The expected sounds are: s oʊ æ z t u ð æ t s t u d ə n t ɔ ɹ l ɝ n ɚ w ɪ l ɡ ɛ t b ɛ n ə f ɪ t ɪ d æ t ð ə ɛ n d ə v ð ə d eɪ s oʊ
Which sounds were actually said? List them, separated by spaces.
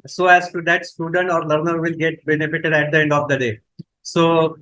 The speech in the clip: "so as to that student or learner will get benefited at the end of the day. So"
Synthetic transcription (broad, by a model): s oʊ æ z t u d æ t s t u d ə n t ɔ ɹ l ɝ n ɚ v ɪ l ɡ ɛ t b ɛ n ə f ɪ t ɪ d æ t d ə ɛ n d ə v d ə d eɪ s oʊ